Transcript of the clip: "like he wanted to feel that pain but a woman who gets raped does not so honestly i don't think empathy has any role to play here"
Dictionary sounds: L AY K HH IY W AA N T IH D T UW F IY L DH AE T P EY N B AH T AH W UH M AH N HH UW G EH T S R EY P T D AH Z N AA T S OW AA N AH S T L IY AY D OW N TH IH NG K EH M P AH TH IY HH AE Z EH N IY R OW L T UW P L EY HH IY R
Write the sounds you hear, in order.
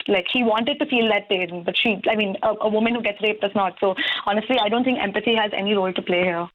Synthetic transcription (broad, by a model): L AY K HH IY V AA N T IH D T UW F IY L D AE T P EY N B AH T AH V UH M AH N HH UW G EH T S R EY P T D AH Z N AA T S OW AA N AH S T L IY AY D OW N T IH NG K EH M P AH S IY HH AE Z EH N IY R OW L T UW P L EY HH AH R